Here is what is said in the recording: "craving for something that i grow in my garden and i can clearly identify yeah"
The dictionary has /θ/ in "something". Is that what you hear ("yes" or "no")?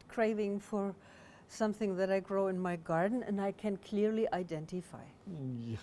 yes